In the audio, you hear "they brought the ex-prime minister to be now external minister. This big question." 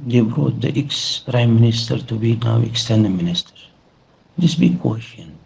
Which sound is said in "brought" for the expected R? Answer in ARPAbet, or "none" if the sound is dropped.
R